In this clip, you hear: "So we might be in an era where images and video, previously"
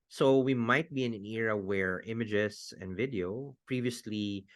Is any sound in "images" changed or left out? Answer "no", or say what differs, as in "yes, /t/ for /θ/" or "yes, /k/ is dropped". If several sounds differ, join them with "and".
yes, /s/ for /z/